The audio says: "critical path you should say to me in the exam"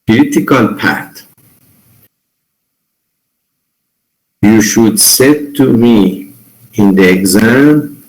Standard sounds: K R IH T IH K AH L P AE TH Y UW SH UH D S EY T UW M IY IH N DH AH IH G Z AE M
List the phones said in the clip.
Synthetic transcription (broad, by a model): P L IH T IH K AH L P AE T Y UW SH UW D S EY T UW M IY IH N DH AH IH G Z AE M